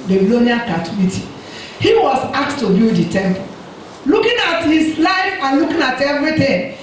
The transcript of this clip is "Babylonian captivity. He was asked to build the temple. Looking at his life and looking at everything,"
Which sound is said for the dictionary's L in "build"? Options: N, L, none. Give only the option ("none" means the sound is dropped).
none